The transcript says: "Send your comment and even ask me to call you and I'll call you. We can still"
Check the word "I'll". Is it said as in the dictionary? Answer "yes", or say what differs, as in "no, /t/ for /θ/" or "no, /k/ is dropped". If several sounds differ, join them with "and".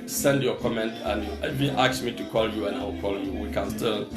no, /w/ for /l/